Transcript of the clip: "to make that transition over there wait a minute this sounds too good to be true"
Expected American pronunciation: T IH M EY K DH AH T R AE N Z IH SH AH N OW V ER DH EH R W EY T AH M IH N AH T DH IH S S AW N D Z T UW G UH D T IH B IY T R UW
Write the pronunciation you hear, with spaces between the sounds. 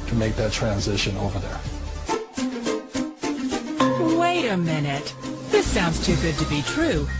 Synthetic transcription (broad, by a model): T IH M EY K DH AH T R AE N Z IH SH AH N OW V ER DH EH R W EY T AH M IH N AH T DH IH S S AW N D Z T UW G UH D T IH B IY T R UW